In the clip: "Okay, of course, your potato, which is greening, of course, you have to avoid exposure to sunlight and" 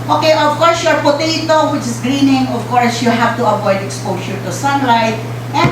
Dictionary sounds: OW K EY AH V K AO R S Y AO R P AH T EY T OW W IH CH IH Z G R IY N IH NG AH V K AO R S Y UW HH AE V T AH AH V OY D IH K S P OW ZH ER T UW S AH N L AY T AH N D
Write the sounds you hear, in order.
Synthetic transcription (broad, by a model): OW K EY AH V K AO R S Y AO R P AH T EY T OW W IH CH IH S G R IY N IH NG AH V K AO R S Y UW HH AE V T AH AH V OY D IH K S P OW SH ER T UW S AH N L AY T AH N